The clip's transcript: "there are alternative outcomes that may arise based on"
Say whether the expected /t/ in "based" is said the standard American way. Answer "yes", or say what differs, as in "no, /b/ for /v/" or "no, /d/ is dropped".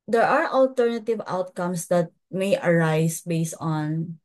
yes